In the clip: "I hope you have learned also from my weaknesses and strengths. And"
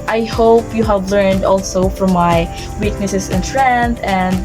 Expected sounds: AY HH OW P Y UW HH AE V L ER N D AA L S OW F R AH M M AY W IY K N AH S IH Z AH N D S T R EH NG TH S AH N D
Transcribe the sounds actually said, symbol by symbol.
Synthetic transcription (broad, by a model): AY HH OW P Y UW HH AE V L ER N D AA L S OW F R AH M M AY W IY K N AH S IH S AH N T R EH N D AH N D